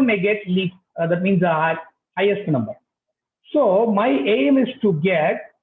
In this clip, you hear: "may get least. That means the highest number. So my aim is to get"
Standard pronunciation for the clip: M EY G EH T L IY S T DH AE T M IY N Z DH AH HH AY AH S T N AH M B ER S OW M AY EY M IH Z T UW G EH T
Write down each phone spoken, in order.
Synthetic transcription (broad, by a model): M EY G EH T L IY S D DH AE T M IY N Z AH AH HH AY AH S T N AH M B ER S OW M AY EY M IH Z T UW G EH T